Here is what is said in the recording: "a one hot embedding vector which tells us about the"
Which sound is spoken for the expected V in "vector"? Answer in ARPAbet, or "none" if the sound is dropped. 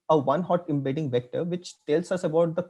V